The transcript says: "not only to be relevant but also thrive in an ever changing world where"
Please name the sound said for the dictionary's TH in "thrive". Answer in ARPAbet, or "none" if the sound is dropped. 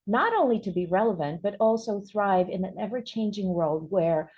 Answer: TH